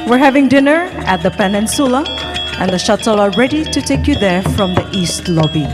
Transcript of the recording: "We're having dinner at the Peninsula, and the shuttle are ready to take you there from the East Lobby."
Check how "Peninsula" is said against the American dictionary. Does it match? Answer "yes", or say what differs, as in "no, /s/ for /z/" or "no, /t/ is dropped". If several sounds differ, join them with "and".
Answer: yes